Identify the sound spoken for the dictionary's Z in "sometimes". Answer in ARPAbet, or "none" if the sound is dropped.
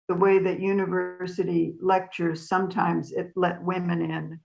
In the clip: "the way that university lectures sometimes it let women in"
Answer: Z